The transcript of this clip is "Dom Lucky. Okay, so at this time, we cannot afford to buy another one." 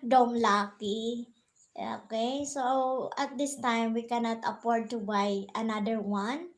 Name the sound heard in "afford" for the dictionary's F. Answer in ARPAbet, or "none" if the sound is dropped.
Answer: P